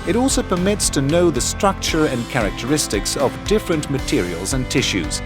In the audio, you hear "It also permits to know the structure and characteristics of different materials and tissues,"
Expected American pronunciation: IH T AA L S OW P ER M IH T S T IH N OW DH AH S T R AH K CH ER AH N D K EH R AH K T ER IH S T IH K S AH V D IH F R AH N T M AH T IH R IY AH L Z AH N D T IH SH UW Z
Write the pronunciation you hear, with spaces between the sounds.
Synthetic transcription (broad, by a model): IH T AA L S OW P ER M IH T S T IH N OW DH AH S T R AH K CH ER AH N K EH R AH K T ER IH S T IH K S AH V D IH F R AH N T M AH T IH R IY AH L Z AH N T IH SH UW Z